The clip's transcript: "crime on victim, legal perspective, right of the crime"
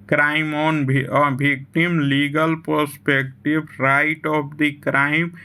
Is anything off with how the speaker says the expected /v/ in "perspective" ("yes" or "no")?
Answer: yes